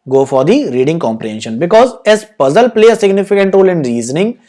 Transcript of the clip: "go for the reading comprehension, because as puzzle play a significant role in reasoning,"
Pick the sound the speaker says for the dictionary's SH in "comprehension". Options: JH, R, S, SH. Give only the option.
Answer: SH